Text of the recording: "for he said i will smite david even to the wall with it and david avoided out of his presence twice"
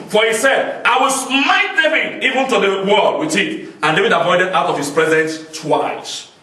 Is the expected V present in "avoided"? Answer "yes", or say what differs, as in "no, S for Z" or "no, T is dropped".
no, P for V